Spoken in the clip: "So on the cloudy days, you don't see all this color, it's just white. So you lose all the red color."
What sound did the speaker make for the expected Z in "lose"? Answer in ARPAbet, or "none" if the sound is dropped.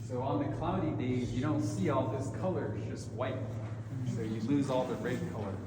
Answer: Z